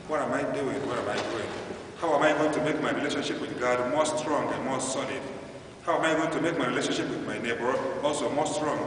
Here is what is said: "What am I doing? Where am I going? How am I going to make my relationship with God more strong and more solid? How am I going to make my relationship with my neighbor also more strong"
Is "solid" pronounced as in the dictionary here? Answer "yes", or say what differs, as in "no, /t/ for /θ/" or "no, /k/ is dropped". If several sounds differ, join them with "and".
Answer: no, /n/ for /l/